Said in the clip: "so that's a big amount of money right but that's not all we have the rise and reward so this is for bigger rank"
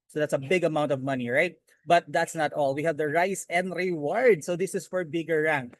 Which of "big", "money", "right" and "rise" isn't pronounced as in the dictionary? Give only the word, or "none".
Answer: rise